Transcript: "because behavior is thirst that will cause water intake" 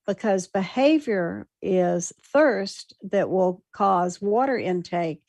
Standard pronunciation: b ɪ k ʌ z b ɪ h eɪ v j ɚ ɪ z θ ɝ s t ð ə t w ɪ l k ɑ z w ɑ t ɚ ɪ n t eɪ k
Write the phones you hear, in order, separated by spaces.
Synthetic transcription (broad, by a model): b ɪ k ʌ z b ɪ h eɪ v j ɚ ɪ z θ ɝ s t ð ə t w ɪ l k ɑ z w ɑ t ɚ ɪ n t eɪ k